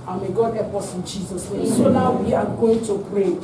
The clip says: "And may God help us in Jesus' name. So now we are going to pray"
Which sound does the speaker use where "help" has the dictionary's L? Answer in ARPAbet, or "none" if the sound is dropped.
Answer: none